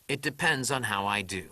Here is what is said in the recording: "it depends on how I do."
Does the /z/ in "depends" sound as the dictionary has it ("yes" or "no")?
yes